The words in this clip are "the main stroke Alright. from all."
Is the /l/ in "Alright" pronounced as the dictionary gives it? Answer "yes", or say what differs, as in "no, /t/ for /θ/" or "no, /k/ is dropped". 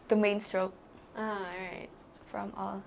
no, /l/ is dropped